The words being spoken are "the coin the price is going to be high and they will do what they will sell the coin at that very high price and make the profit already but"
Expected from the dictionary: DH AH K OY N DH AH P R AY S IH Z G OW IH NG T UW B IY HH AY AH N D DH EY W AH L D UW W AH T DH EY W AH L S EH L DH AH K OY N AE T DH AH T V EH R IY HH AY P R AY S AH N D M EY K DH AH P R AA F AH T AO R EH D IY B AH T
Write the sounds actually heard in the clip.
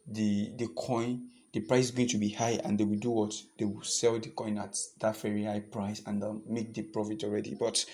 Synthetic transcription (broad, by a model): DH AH K OY N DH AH P R AY S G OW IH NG T UW B IY HH AY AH N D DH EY W AH L D UW W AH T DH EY W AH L S EH L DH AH K OY N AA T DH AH T F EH R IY HH AY P R AY S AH N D M EY K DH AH P R AA F AH T AO R EH D IY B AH T